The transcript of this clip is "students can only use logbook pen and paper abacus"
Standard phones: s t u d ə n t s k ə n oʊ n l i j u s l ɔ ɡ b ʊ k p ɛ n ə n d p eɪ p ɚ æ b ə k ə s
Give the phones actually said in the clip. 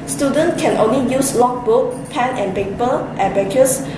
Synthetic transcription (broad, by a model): s t u d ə n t k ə n oʊ n l i j u s l ɔ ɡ b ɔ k p ɛ n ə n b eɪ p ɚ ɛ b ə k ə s